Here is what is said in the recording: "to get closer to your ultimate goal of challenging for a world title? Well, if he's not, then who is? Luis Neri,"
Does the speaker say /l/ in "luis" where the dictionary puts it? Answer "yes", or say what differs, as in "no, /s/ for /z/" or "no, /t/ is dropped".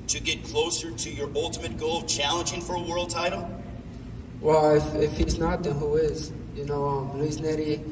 no, /n/ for /l/